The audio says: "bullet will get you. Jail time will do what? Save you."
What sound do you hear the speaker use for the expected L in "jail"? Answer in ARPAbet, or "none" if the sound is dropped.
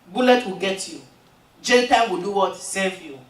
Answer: N